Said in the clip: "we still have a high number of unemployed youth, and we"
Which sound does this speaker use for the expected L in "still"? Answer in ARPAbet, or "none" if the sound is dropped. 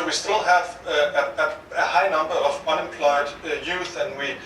L